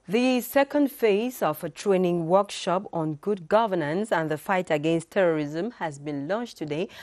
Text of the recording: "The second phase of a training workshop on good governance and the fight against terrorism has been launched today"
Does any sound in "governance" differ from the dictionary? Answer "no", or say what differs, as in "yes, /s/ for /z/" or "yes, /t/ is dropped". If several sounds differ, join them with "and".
no